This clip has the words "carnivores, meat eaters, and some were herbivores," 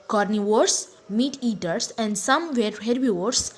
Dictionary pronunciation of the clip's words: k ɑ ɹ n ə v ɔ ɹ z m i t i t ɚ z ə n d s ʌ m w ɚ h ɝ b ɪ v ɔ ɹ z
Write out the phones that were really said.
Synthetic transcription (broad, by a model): k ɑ ɹ n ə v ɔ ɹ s m i t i t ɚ s ə n d s ʌ m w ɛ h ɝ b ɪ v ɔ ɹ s